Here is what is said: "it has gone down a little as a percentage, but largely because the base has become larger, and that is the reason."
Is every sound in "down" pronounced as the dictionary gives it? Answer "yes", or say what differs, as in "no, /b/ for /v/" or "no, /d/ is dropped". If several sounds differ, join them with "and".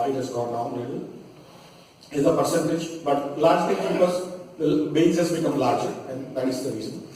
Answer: no, /n/ is dropped